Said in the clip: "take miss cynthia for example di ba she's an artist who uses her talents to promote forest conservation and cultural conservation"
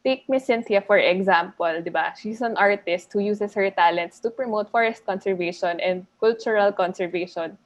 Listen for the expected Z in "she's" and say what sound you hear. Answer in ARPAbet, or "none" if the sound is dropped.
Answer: S